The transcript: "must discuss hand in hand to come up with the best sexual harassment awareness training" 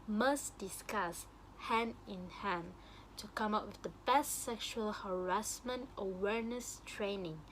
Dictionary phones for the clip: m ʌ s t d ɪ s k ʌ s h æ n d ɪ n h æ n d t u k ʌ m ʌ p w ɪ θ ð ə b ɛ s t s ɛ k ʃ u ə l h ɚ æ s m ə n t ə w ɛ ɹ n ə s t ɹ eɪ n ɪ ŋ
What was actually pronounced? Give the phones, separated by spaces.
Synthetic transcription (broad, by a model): m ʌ s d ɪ s k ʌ s h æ n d ɪ n h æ n t u k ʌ m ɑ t w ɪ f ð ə b ɛ s t s ɛ k ʃ u ə l h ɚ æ s m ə n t ə w ɛ ɹ n ə s t ɹ eɪ n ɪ ŋ